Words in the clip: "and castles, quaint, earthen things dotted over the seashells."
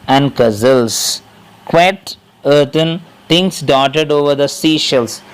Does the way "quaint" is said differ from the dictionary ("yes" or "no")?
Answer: yes